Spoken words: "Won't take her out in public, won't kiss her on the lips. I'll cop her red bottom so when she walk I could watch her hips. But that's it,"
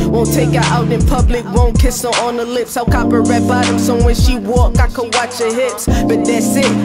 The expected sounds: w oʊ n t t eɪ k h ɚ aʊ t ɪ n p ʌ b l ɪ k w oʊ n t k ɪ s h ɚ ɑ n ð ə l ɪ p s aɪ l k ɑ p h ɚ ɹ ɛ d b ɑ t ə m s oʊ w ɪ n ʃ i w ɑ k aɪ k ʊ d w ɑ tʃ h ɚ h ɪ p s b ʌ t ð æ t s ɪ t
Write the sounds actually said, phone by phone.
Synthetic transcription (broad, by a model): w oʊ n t t eɪ k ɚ aʊ t ɪ n p ʌ b l ɪ k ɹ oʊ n k ɪ s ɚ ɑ n ð ə l ɪ p s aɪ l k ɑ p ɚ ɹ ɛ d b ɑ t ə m s oʊ w ɪ n ʃ i w ɑ k aɪ k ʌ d w ɑ tʃ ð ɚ h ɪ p s b ʌ t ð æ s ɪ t